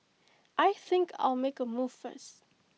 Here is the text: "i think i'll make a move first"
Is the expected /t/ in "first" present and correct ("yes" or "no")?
no